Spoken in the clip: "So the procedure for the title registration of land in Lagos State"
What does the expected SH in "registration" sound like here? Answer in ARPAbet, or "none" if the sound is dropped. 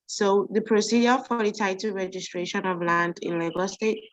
SH